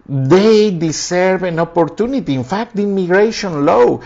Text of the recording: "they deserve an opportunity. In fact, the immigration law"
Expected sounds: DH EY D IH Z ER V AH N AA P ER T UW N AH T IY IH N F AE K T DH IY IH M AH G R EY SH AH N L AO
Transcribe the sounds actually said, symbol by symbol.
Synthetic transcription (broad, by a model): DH EY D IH S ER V AH N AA P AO T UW N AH T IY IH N F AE K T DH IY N M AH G R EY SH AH N L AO